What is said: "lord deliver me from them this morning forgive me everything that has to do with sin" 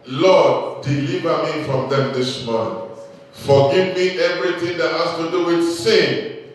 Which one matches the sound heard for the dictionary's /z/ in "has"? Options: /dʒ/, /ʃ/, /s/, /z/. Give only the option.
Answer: /s/